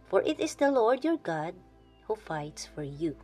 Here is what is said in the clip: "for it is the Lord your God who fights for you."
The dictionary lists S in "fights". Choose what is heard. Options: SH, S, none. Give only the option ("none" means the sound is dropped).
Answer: S